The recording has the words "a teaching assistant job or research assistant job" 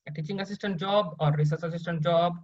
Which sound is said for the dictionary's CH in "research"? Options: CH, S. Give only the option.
S